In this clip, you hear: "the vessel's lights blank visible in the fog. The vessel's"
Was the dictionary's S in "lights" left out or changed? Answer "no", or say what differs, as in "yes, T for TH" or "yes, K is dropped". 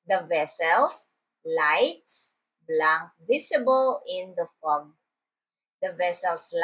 no